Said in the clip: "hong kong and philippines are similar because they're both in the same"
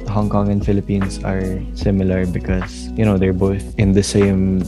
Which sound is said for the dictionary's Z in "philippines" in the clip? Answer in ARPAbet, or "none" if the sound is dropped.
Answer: S